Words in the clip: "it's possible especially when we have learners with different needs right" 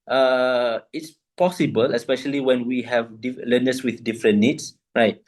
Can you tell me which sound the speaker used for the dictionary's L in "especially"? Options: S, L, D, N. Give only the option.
L